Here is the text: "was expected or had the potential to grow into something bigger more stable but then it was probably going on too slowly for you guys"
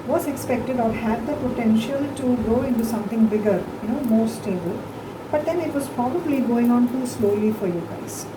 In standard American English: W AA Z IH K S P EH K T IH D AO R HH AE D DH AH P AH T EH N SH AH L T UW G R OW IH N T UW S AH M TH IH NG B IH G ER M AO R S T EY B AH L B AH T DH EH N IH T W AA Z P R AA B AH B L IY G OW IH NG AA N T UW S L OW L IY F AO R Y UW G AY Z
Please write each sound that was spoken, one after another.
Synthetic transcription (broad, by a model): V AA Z IH K S P EH K T IH D AO R HH AE D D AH P AH T EH N SH AH L T UW G OW IH N T UW S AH M T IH NG B IH G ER M AO R S T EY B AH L B AH T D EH N IH T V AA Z P R AA B AH B L IY G OW IH NG AA N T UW S L OW L IY F AO R Y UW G AY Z